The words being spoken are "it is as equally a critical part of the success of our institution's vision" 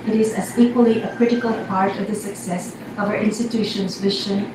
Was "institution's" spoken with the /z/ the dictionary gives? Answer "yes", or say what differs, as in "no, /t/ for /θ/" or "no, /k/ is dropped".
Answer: yes